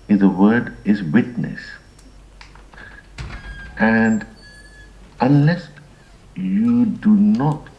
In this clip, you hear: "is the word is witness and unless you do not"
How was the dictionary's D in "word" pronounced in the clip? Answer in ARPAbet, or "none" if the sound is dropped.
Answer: D